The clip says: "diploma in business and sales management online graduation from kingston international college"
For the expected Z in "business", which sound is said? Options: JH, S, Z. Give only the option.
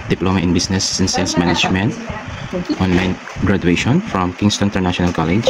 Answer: S